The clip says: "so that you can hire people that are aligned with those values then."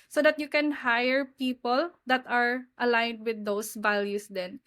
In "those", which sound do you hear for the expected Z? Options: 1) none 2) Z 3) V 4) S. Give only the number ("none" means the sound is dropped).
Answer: 4